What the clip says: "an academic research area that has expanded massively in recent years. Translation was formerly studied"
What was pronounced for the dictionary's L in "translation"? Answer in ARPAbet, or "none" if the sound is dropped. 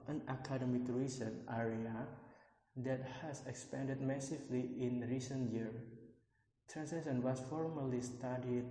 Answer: none